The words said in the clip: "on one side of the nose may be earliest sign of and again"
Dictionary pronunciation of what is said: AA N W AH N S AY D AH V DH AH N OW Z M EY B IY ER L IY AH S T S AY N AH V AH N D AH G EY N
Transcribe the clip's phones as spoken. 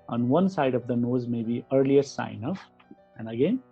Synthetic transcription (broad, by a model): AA N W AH N S AY D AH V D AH N OW Z M EY B IY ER L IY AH T S AY N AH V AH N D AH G EY N